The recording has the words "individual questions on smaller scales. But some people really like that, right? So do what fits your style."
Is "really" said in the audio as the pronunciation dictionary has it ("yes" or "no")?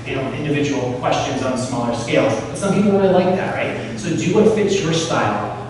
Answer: no